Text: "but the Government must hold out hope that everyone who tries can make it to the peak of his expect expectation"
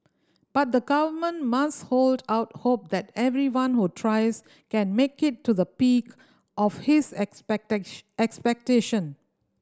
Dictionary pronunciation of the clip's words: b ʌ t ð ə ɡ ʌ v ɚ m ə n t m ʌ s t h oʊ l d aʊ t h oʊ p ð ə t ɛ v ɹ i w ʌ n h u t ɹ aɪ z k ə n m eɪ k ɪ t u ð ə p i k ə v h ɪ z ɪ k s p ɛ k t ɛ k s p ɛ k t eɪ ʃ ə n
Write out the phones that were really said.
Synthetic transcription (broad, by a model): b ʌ t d ə ɡ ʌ v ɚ m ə n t m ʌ s t h oʊ l d aʊ t h oʊ p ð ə t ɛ v ɹ i w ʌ n h u t ɹ aɪ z k ə n m eɪ k ɪ t u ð ə p i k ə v h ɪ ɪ s ɛ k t ɛ k s p ɛ k t eɪ ʃ ə n